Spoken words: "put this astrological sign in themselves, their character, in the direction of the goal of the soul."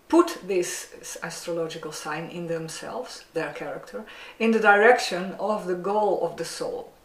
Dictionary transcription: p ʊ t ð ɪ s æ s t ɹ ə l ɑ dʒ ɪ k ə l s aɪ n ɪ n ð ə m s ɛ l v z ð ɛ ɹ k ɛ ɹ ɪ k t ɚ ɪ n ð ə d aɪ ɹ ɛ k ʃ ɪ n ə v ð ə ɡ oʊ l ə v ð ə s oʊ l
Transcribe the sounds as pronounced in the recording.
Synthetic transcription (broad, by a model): p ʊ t ð ɪ s æ s t ɹ ə l ɑ dʒ ɪ k ə l s aɪ n ɪ n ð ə m s ɛ l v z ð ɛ ɹ k ɛ ɹ ɪ k t ɚ ɪ n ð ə d aɪ ɹ ɛ k ʃ ɪ n ə v ð ə ɡ oʊ l ə v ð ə s oʊ l